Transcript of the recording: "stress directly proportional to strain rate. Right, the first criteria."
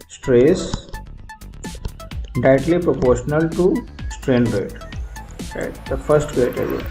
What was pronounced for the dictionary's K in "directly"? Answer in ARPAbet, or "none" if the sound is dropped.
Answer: none